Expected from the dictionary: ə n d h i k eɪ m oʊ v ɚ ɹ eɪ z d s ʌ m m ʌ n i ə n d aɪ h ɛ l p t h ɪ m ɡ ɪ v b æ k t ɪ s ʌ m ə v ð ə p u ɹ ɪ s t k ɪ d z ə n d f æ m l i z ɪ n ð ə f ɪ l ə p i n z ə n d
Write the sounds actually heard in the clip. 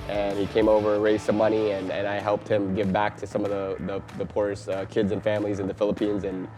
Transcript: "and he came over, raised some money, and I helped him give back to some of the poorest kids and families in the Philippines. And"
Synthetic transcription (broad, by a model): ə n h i k eɪ m oʊ v ɚ ɹ eɪ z s ʌ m m ʌ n i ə n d aɪ h ɛ l p t h ɪ m ɡ ɪ v b æ k t ɪ s ʌ m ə v ð ə p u ɹ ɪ s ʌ k ɪ d z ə n f æ m l i z ɪ n ð ə f ɪ l ə p i n z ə n